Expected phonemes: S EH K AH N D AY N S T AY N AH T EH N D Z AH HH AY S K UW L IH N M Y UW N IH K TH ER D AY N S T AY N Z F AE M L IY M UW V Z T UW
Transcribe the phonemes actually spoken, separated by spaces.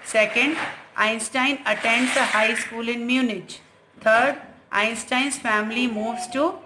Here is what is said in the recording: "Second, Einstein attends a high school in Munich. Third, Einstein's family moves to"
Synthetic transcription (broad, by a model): S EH K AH N D AY N S T AY N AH T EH N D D AH HH AY S K UW L IH N M Y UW N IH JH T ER D AY N S T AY N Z F AE M L IY M UW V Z T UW